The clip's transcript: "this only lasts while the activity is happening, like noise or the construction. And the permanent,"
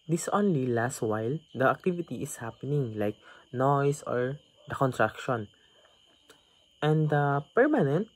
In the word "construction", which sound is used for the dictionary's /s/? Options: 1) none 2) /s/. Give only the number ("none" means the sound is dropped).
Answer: 1